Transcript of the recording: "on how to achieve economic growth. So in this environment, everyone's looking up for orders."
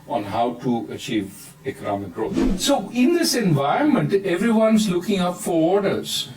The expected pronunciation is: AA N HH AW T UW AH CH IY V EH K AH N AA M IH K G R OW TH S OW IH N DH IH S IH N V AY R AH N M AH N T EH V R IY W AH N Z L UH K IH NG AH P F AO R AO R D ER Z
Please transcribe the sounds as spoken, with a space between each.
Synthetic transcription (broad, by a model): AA N HH AW T UW AH CH IY V EH K AH N AA M IH K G R OW T S OW IH N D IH S IH N V AY R AH N M AH N T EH V R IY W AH N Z L UH K IH NG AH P F AO R AO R D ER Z